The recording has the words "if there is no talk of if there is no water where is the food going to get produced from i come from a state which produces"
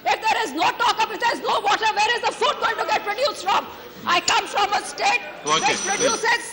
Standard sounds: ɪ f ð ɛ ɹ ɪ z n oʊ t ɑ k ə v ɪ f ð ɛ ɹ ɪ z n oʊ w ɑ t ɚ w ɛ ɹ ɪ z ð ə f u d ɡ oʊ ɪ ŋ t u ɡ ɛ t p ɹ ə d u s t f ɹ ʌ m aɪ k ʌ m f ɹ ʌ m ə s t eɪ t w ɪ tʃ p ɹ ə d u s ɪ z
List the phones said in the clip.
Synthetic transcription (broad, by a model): ɪ f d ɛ ɹ ɪ z n oʊ t ɑ k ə p ɪ f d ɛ ɹ ɪ z n oʊ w ɑ t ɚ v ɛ ɹ ɪ z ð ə f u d ɡ oʊ ɪ ŋ t u ɡ ɛ t p ɹ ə d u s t f ɹ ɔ m aɪ k ʌ m f ɹ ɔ m ə s t eɪ t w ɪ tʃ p ɹ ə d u s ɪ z